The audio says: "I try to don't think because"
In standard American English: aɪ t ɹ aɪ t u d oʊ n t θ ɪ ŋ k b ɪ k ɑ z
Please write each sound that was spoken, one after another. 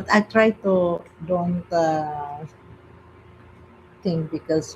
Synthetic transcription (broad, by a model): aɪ t ɹ aɪ t u d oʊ n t t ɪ ŋ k b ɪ k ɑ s